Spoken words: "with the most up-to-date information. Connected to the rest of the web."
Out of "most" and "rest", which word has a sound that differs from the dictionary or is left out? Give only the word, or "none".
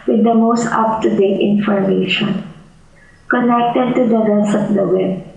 rest